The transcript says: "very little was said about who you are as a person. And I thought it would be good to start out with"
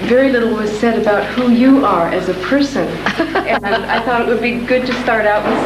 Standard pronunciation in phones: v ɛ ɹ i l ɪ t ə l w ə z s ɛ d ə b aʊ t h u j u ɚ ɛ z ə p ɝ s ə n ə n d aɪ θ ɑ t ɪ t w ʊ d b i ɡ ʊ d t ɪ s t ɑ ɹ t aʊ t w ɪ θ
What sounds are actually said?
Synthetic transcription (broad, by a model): v ɛ ɹ i l ɪ t l w ə z s ɛ d ə b aʊ t h u j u ɚ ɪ z ə p ɝ s ə n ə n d aɪ θ ɑ t ɪ t w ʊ d b i ɡ ʊ d t ɪ s t ɑ ɹ t aʊ t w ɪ